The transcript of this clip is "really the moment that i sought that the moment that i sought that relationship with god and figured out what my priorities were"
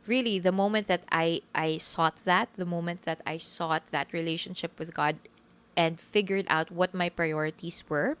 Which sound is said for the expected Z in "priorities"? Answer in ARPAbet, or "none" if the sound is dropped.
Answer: S